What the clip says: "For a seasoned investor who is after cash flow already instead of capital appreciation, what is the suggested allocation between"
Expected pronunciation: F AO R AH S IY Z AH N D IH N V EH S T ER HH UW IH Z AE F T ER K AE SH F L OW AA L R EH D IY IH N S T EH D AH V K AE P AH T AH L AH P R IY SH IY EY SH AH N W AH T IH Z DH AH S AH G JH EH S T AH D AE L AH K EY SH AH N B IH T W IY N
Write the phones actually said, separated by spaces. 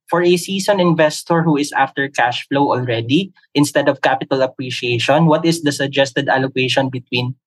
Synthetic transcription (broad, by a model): F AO R AH S IY S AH N IH N V EH S T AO HH UW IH S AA F T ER K AE SH F L OW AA L R EH D IY IH N S T EH D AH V K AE P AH T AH L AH P R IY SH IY EY SH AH N W AH T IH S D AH S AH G JH EH S T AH D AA L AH K EY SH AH N B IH T W IY N